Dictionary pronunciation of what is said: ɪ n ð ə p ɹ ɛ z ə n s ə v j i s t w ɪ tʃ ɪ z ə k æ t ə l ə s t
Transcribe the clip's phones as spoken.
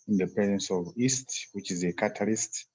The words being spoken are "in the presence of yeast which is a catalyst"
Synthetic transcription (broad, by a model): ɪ n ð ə p ɛ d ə n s ə v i s t w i tʃ ɪ z ə k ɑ t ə l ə s t